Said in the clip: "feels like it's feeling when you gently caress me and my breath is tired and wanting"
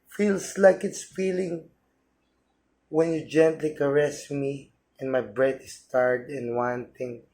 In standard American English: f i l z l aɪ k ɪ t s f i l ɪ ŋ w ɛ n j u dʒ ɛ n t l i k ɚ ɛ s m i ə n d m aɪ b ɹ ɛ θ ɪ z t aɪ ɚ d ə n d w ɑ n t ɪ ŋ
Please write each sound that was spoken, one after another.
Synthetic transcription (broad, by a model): f i l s l aɪ k ɪ t s f i l ɪ ŋ w ɛ n j u dʒ ɛ n t l i k ɚ ɛ s m i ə n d m aɪ b ɹ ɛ t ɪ s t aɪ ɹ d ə n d w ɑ n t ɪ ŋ